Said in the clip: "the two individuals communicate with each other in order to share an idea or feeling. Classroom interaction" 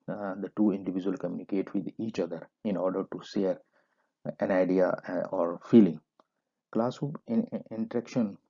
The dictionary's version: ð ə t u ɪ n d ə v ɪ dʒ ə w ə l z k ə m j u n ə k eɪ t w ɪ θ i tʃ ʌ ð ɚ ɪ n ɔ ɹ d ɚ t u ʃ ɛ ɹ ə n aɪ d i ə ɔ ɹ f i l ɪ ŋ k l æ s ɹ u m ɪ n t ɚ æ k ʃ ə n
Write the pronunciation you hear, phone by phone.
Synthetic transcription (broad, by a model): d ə t u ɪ n d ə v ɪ dʒ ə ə l k ə m j u n ə k eɪ t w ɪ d i tʃ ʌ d ɚ ɪ n ɔ ɹ d ɚ t u ʃ ɛ ɹ ə n aɪ d i ə ɔ ɹ f i l ɪ ŋ k l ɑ s u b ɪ n t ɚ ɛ k ʃ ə n